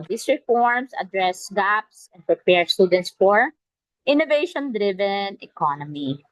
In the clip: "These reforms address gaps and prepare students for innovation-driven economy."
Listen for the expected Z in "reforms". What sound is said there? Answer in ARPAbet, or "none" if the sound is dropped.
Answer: S